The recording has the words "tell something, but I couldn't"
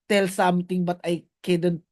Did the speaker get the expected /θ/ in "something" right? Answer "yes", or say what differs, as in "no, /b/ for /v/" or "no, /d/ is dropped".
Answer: no, /t/ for /θ/